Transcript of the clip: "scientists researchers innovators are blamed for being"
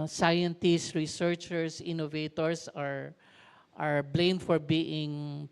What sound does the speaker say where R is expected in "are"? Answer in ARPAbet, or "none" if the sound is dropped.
R